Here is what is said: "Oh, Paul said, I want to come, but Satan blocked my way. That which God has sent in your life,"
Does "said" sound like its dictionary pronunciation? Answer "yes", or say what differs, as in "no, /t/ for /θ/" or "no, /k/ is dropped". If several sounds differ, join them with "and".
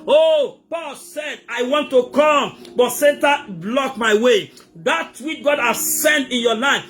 yes